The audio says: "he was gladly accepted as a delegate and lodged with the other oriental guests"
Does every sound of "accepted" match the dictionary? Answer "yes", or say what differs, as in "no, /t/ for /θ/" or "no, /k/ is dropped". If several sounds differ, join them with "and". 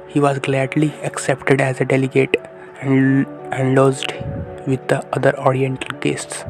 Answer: yes